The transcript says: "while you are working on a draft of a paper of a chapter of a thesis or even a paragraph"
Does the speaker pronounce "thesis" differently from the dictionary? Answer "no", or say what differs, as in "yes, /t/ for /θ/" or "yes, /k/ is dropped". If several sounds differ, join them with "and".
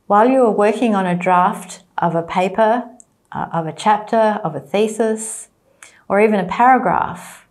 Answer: no